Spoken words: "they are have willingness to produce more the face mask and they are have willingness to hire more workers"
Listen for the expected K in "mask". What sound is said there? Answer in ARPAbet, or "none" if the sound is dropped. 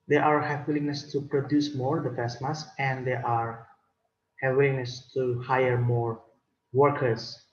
none